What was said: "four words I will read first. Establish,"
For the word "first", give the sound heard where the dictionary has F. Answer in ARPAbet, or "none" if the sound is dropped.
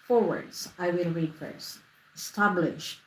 F